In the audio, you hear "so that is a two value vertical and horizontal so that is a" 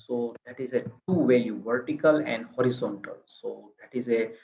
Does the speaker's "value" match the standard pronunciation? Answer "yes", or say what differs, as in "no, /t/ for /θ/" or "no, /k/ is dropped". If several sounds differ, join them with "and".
no, /l/ is dropped